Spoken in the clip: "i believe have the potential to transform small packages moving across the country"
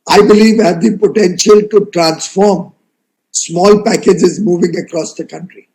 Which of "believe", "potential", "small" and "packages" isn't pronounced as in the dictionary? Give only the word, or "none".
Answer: none